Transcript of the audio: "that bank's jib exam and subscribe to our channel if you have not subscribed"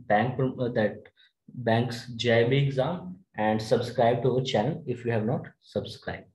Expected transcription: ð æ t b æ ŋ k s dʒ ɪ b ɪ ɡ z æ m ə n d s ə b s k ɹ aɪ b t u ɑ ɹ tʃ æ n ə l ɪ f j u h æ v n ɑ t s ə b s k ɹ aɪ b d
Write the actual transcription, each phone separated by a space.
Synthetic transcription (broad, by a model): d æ t b æ ŋ k s dʒ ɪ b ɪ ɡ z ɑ m ə n d s ə b s k ɹ aɪ b t u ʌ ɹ tʃ æ n ə l ɪ f j u h æ v n ɑ t s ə b s k ɹ aɪ b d